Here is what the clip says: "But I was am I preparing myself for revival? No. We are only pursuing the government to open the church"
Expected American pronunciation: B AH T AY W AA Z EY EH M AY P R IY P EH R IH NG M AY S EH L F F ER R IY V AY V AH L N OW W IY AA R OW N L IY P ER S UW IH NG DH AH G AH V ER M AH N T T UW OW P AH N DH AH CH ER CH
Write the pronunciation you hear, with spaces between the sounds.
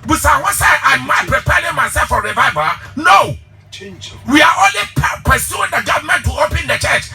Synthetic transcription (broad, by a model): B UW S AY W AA S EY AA M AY P R IY P EH R IH NG M AY S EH L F F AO R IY V AY V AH N OW W IY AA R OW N L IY P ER S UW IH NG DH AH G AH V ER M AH N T T UW OW P AH N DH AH CH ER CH